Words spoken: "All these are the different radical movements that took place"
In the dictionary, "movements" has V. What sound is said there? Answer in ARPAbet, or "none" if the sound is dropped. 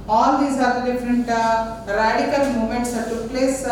none